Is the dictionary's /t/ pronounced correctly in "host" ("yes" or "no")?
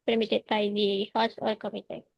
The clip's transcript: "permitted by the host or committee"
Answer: no